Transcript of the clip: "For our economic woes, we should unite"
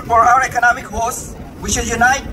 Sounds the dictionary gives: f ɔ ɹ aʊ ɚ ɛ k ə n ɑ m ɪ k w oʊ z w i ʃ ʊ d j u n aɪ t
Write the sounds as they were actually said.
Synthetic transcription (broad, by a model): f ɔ ɹ aʊ ɚ ɛ k ə n ɑ m ɪ k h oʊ s w i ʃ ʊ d j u n aɪ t